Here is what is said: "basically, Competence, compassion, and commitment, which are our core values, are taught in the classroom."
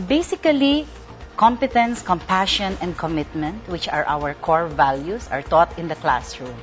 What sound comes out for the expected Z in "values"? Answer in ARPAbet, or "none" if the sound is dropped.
S